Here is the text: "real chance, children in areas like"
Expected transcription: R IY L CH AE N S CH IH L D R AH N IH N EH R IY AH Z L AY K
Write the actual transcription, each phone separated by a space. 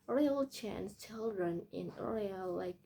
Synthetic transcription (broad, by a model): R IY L CH AE N S CH IH L D R AH N IH N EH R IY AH L AY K